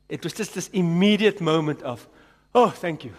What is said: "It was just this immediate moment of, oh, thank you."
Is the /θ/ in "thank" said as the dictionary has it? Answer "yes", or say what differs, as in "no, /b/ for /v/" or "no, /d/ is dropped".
yes